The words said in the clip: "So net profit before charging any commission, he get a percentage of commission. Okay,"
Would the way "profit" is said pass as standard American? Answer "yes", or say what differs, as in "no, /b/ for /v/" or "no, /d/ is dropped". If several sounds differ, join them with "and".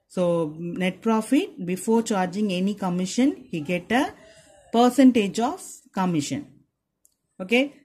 yes